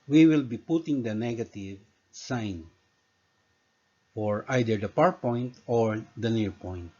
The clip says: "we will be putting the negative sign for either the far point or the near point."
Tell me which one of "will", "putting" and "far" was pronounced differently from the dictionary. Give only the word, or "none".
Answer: far